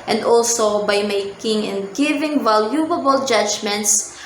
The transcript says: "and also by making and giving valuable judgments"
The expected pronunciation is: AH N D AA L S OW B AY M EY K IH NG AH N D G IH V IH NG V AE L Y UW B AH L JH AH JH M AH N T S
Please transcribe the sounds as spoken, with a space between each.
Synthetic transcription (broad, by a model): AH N D AA L S OW B AY M EY K IH NG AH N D G IH V IH NG V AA L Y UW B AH L JH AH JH M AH N T S